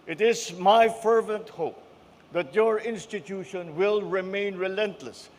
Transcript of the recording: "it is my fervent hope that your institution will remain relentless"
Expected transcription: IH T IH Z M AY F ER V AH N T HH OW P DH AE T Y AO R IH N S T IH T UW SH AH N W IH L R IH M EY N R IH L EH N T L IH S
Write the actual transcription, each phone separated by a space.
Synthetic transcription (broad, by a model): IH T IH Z M AY F ER V AH N T HH OW P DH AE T Y AO R IH N S T IH T UW SH AH N W IH L R IH M EY N R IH L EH N T L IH S